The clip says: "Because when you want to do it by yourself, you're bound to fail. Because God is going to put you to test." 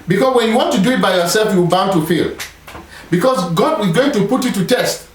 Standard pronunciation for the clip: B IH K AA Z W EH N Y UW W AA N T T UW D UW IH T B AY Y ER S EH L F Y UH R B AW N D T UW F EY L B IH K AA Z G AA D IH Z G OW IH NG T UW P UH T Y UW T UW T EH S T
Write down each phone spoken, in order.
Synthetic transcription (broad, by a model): B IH K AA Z W EH N Y UW W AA N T T UW D UW IH T B AY Y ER S EH L F Y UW W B AW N T UW F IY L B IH K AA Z G AA D IH Z G OW IH NG T UW P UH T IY T UW T EH S T